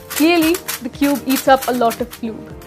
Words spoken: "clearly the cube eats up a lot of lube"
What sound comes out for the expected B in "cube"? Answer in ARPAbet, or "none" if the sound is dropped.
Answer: B